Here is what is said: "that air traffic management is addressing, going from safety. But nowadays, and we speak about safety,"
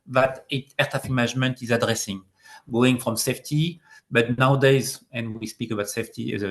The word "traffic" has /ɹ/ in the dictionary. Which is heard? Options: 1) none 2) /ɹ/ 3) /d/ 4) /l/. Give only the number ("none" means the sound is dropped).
1